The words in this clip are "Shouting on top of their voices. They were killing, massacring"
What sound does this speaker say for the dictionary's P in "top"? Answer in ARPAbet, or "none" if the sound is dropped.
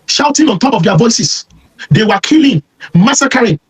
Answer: P